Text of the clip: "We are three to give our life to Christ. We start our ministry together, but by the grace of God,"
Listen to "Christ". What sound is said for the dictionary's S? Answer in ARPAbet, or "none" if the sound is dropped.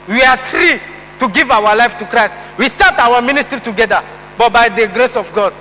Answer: S